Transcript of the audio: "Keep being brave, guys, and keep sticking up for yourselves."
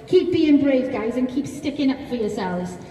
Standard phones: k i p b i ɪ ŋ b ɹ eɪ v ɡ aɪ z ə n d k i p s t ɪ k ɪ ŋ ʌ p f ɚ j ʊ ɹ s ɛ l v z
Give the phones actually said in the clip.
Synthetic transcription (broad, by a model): k i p b i ɪ ŋ b ɹ eɪ v ɡ aɪ z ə n k i p s t ɪ k ɪ ŋ ʌ p f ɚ j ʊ s ɛ l v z